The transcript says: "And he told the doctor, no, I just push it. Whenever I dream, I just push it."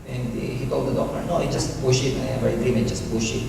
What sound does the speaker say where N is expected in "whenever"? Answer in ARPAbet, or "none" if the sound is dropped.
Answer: none